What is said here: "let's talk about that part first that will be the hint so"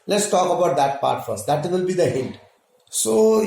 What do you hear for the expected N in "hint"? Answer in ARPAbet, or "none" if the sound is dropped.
L